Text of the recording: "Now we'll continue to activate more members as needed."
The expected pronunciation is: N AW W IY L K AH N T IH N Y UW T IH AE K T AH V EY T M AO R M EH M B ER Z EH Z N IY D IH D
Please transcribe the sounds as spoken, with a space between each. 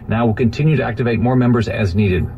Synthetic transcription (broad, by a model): N AW W IY L K AH N T IH N Y UW T IH AE K T AH V EY T M AO R M EH M B ER Z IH Z N IY D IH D